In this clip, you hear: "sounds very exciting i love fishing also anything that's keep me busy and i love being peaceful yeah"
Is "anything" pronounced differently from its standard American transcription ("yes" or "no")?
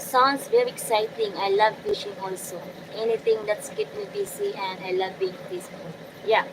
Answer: yes